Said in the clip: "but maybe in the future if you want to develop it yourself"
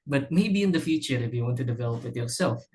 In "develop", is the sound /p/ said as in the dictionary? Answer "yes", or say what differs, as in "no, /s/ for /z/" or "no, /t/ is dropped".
yes